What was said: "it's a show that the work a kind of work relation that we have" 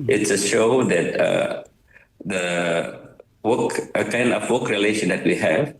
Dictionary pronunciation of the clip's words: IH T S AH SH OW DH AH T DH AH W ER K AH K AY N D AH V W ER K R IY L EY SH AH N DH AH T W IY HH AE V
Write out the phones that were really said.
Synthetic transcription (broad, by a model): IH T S AH SH OW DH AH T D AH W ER K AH K AY N D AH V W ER K R IY L EY SH AH N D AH T W IY HH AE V